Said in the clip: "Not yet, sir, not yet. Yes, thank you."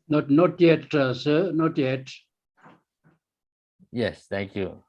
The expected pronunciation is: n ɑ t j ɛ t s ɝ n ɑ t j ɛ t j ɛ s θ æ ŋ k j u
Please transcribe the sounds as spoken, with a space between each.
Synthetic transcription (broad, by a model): n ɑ t j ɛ t s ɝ n ɑ t j ɛ t j ɛ s t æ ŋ k j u